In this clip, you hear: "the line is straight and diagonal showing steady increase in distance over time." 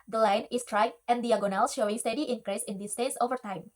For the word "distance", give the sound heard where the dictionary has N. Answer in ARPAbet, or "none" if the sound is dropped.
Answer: none